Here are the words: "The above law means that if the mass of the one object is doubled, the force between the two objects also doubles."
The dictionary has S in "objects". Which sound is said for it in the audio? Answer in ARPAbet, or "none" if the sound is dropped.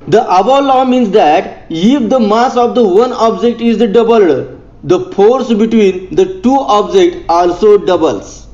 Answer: none